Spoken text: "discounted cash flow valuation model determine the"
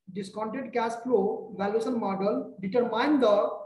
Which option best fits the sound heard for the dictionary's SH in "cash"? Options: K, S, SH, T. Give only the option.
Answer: S